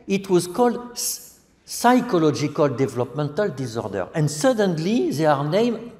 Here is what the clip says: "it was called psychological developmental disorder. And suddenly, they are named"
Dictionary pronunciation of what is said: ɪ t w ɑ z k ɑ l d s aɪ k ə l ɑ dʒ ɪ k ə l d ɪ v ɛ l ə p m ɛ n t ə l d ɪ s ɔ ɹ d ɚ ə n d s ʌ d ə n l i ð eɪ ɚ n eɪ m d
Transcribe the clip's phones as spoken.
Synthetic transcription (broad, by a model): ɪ t w ɑ z k ɑ l d s aɪ k ə l ɑ dʒ ɪ k ə l d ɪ v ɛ l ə p m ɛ n t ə l d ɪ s ɔ ɹ d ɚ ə n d s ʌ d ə n l i ð eɪ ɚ n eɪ m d